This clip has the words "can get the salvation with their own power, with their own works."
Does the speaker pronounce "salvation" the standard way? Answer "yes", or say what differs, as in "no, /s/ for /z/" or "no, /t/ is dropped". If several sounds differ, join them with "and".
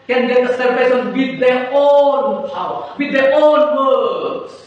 no, /s/ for /ʃ/